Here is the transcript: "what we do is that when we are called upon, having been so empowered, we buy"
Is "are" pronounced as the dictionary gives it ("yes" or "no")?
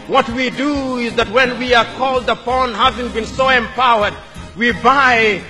yes